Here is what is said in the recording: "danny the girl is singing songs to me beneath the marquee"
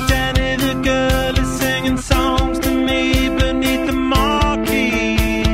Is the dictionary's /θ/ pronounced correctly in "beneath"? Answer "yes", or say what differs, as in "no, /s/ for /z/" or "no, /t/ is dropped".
yes